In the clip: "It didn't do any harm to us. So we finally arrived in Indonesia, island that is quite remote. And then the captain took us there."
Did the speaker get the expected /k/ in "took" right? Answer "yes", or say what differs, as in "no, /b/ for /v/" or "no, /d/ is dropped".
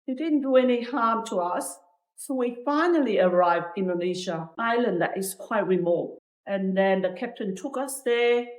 yes